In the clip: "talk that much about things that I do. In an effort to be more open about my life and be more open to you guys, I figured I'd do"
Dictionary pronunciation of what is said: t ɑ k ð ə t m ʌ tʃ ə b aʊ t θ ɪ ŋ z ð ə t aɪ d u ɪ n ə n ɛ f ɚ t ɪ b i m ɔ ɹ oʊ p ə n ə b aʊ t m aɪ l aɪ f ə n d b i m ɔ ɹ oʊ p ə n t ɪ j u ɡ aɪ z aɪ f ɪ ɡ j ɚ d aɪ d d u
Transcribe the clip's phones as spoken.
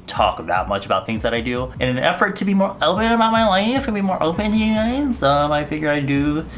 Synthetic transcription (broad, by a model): t ɑ k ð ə t m ʌ tʃ ə b aʊ t θ ɪ ŋ z ð ə t aɪ d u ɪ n ə n ɛ f ɚ t ɪ b i m ɔ ɹ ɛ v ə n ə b aʊ t m aɪ l aɪ f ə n b i m ɔ ɹ oʊ p ə n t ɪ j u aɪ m aɪ f ɪ ɡ j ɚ aɪ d d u